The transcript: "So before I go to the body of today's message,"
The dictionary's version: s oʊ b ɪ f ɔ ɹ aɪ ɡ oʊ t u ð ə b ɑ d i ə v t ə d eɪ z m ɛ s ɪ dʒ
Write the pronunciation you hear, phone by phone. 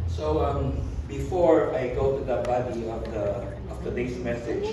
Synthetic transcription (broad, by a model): s oʊ b ɪ f ɔ ɹ aɪ ɡ oʊ t u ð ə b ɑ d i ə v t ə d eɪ s m ɛ s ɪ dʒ